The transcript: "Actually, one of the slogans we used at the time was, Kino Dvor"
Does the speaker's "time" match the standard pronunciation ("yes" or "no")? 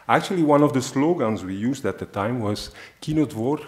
yes